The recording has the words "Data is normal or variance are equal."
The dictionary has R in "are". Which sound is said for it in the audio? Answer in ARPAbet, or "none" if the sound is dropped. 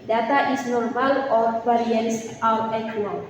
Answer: W